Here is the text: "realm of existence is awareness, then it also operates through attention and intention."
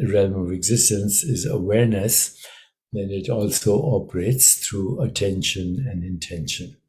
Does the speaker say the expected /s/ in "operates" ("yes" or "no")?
yes